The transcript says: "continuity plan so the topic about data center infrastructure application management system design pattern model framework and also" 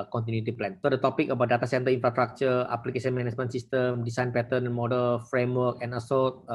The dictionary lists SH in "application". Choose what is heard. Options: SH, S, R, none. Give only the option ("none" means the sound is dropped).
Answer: S